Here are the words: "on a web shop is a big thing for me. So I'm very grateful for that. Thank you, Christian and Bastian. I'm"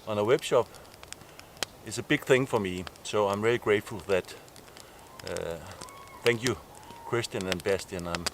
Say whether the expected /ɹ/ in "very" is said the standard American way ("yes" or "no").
no